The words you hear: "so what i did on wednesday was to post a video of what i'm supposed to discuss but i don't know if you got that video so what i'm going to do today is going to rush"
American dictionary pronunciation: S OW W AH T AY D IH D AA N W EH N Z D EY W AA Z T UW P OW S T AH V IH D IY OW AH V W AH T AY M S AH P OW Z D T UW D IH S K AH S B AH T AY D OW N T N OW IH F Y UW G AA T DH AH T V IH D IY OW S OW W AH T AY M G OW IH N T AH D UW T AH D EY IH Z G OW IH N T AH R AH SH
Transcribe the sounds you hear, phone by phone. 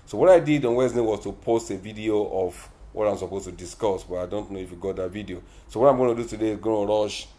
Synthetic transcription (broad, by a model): S OW W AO T AY D IH D AA N W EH Z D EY W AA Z T UW P OW S T AH V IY D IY OW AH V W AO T AY M S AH P OW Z T UW D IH S K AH S B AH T AY D OW N T N OW IH F Y UW G AA T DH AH T V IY D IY OW S OW W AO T AY M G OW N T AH D UW T AH D EY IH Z G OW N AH R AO SH